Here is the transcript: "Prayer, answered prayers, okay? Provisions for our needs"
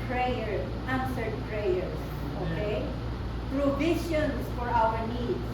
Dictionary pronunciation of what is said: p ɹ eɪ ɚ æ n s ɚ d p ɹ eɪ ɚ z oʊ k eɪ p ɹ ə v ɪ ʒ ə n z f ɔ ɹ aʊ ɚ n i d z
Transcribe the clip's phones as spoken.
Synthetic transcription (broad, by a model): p ɹ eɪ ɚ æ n s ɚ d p ɹ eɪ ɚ s oʊ k eɪ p ɹ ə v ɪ ʃ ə n s f ɔ ɹ aʊ ɚ n i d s